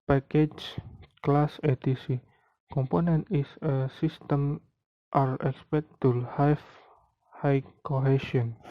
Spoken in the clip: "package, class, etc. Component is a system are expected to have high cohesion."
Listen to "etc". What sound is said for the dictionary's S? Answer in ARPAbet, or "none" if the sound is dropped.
none